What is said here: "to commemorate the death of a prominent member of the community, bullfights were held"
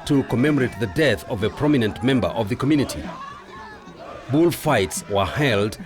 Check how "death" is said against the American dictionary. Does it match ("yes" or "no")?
yes